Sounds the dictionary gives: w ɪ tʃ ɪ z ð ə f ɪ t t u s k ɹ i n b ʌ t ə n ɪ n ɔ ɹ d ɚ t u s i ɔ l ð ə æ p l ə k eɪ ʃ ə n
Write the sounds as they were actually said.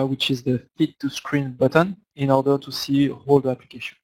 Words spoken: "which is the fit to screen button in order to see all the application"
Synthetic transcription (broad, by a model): w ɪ tʃ ɪ z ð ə f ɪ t t u s k ɹ i n b ʌ t ə n ɪ n ɔ ɹ d ɚ t u s i ɔ l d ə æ p l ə k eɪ ʃ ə n